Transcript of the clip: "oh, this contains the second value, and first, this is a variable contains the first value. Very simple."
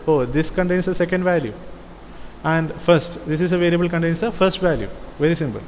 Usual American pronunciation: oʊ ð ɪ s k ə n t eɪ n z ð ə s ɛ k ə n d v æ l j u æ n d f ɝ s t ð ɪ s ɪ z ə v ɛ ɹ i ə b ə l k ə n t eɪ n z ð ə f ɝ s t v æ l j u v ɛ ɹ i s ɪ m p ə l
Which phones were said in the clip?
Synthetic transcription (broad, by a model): oʊ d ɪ s k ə n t eɪ n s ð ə s ɛ k ə n d v æ l j u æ n d f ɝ s t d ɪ s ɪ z ə v ɛ ɹ i ə b ə l k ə n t eɪ n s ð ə f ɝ s t v æ l j u v ɛ ɹ i s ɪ m p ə l